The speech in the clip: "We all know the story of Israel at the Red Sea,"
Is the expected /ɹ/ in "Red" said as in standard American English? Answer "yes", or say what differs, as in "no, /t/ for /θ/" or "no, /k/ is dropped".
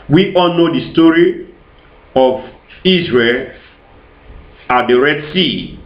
yes